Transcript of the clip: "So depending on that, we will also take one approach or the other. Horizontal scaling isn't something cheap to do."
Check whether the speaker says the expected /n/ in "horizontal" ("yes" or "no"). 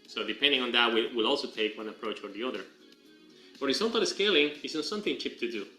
no